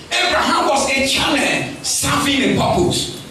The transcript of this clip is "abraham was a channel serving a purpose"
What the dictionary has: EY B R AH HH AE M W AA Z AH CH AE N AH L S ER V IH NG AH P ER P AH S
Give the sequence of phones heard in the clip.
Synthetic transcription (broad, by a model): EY B R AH HH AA M W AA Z AH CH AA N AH N S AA F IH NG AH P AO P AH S